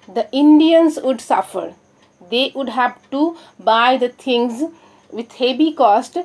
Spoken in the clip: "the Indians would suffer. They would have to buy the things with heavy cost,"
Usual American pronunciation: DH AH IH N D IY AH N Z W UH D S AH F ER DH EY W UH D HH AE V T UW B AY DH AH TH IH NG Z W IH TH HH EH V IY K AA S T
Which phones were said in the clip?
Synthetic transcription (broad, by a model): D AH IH N D IY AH N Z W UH D S AH F ER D EY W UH D HH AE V T UW B AY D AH T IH NG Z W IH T HH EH B IY K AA S T